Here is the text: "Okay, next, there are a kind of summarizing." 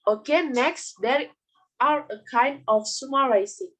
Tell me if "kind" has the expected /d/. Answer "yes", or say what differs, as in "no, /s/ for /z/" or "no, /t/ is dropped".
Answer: yes